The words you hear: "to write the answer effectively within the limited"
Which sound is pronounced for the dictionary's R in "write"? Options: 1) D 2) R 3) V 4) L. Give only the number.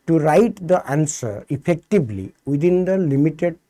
2